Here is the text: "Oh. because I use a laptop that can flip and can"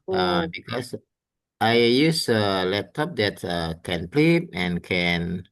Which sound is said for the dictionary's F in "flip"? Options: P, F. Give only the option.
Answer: P